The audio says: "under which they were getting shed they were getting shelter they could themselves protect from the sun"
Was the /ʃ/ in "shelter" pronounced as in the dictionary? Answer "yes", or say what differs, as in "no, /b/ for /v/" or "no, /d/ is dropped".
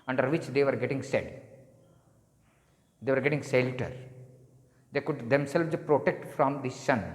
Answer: no, /s/ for /ʃ/